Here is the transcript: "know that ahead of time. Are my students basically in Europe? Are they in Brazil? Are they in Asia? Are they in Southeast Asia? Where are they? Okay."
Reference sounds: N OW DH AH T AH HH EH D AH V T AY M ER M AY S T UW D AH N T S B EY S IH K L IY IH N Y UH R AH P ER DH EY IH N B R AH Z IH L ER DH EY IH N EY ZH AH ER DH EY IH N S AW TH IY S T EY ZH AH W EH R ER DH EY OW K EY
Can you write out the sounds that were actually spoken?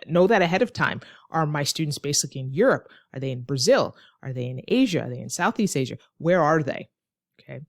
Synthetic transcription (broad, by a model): N OW DH AH T AH HH EH D AH V T AY M ER M AY S T UW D N T S B EY S IH K L IY IH N Y UH R AH P ER DH EY IH N B R AH Z IH L ER DH EY IH N EY ZH AH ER DH EY IH N S AW TH IY S T EY ZH AH W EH R ER DH EY OW K EY